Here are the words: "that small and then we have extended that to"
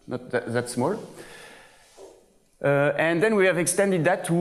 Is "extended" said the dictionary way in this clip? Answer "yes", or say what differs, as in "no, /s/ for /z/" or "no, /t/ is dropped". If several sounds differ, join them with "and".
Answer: yes